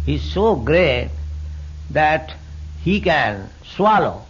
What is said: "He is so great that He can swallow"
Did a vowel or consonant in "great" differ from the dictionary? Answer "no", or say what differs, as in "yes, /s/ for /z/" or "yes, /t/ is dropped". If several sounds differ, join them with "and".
no